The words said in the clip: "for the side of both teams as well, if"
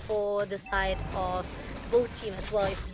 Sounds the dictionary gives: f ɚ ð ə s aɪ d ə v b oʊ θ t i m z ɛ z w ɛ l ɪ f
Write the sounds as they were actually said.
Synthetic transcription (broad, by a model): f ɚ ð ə s aɪ d ə v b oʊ t i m ɛ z w ɛ l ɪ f